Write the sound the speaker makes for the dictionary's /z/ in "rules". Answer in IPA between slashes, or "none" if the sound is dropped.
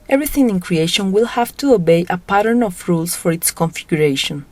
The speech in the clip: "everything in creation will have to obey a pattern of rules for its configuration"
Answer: /s/